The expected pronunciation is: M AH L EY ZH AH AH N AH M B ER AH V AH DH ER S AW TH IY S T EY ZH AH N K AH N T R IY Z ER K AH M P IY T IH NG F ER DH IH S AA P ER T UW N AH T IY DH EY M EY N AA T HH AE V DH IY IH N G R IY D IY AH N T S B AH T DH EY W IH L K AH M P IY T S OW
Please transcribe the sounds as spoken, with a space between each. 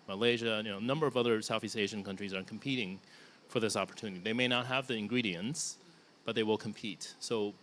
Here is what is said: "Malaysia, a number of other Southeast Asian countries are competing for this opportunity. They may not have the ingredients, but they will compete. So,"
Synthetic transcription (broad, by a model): M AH L EY ZH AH AH N AH M B ER AH V AH DH ER S AW TH IY S T EY ZH AH N K AH N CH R IY Z ER K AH M P IY T IH NG F ER DH IH S AA P ER T UW N AH T IY DH EY M EY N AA T HH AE V DH IY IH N G R IY D IY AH N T S B AH T DH EY W IH L K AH M P IY T S OW